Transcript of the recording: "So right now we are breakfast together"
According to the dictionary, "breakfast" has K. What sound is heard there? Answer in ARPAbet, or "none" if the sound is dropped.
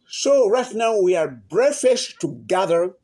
none